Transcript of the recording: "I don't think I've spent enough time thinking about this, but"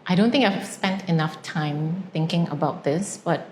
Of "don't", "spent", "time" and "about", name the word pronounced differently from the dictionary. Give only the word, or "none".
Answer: none